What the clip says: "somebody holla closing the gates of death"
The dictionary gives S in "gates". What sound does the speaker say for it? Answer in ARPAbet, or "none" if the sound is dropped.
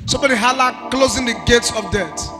S